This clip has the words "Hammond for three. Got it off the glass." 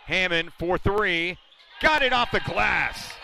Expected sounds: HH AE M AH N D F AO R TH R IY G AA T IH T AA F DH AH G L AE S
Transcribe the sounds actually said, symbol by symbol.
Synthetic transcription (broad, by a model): HH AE M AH N F AO R TH R IY G AA T IH T AA F DH AH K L AE S